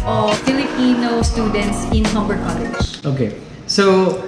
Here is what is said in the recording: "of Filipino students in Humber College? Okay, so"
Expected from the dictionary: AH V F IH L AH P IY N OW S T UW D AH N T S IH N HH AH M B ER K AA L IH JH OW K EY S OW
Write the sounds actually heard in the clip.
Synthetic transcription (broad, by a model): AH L F IH L AH P IY N OW S T UW D AH N T S IH N HH AH M B ER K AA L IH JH OW K EY S OW